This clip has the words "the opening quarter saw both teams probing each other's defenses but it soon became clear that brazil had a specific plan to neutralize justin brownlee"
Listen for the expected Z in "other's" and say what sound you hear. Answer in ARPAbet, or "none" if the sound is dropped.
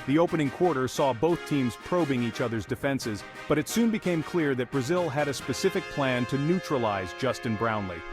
Z